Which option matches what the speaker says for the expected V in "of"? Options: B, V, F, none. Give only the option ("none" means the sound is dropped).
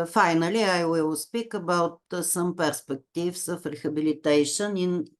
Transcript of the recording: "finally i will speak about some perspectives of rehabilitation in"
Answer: F